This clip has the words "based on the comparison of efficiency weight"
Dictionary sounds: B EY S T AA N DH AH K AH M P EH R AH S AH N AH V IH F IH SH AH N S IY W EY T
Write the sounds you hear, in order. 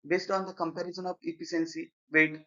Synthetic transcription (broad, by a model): B EY S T AA N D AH K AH M P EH R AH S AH N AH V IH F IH S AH N S IY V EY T